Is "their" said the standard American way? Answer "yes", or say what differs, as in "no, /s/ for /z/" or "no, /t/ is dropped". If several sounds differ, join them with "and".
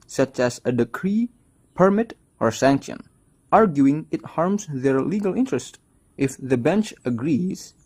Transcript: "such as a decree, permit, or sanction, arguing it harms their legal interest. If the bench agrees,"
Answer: yes